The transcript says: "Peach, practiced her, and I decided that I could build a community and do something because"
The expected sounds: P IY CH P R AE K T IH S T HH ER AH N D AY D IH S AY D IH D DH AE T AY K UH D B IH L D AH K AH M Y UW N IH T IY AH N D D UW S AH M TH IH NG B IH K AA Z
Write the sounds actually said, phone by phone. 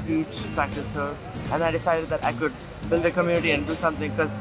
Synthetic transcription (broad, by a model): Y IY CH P R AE K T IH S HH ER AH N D AY D IH S AY D IH D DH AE T AY K UH D B IH L D AH K AH M Y UW N IH T IY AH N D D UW S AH M T IH NG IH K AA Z